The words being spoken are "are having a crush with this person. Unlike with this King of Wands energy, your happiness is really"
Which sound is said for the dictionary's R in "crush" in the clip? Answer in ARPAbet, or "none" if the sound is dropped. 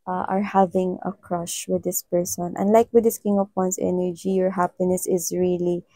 R